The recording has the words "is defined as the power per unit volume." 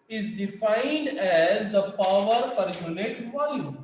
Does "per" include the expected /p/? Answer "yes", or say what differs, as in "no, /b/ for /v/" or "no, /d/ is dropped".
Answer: no, /f/ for /p/